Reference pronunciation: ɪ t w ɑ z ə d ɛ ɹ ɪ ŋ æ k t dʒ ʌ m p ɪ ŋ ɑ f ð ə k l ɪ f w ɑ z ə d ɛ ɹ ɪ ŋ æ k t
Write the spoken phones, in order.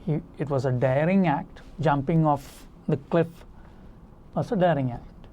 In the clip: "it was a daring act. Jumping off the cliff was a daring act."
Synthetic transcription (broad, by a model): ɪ t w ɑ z ə d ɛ ɹ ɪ ŋ æ k t dʒ ʌ m p ɪ ŋ ɑ f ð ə k l ɪ f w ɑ s ə d ɛ ɹ ɪ ŋ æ k t